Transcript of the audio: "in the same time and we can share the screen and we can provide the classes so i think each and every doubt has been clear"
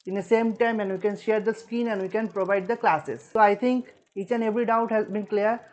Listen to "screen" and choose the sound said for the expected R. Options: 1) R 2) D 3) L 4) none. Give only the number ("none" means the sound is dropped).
4